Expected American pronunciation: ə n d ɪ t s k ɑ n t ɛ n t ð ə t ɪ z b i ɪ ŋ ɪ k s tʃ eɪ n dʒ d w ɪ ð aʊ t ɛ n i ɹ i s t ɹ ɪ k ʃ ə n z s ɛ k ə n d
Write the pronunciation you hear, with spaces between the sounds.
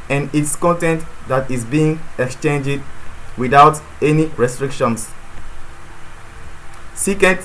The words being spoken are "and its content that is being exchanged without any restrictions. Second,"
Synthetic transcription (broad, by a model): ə n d ɪ t s k ɑ n t ɛ n t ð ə t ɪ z b i ɪ ŋ ɪ k s tʃ eɪ n dʒ d w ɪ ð aʊ t ɛ n i ɹ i s t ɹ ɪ k ʃ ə n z s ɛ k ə n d